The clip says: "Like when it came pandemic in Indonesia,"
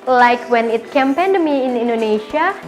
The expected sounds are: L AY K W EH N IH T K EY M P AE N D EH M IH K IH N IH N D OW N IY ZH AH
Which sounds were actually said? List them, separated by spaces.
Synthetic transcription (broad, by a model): L AY K W EH N IH T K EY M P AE N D M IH IH N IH N D OW N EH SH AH